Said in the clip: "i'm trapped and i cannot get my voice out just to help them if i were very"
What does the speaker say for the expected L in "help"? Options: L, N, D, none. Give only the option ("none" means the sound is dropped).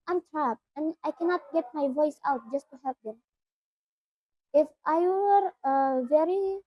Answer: none